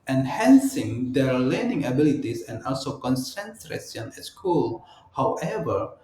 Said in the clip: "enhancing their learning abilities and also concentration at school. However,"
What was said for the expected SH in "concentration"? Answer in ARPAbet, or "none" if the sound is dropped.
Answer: S